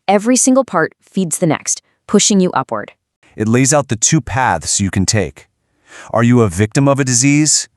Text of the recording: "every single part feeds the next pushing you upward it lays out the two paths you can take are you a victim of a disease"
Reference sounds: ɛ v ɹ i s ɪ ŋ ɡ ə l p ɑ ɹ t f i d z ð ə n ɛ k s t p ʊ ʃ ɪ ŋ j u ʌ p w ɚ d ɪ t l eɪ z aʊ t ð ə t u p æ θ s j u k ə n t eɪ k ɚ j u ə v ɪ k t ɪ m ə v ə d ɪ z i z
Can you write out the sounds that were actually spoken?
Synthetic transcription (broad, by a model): ɛ v ɹ i s ɪ ŋ ɡ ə l p ɑ ɹ t f i d z ð ə n ɛ k s t p ʊ ʃ ɪ ŋ j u ʌ p w ɚ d ɪ t l eɪ z aʊ t ð ə t u p æ θ s j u k ə n t eɪ k ɚ j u ə v ɪ k t ɪ m ə v ə d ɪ z i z